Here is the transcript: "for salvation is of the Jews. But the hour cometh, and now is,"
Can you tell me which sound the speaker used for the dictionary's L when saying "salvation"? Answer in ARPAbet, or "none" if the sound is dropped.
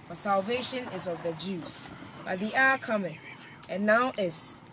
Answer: L